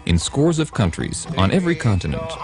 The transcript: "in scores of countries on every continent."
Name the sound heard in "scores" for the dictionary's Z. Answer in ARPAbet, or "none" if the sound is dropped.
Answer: Z